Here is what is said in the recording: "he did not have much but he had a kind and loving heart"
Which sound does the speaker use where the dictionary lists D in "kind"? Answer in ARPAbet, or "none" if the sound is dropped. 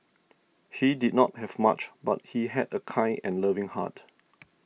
none